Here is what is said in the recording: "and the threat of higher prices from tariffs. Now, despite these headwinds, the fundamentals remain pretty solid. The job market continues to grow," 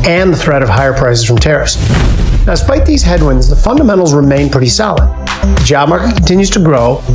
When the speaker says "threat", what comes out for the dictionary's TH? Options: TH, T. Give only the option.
TH